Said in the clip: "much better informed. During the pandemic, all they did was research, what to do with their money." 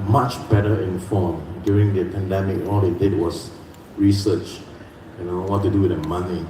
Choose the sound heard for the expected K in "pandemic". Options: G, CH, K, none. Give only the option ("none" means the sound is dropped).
K